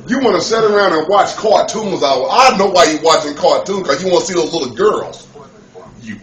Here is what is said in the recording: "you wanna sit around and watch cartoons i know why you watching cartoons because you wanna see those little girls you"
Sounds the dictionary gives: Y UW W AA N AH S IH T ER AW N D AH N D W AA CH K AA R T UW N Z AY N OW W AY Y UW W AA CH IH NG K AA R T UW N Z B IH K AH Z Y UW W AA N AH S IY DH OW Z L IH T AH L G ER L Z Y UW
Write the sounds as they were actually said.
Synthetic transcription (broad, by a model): Y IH W AA N AH S IH T ER AW N D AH N W AA CH K AA T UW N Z AY N OW W AY Y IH W AA CH IH NG K AA T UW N K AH Z Y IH W AA N AH S IY DH OW Z L IH T L G ER L Z Y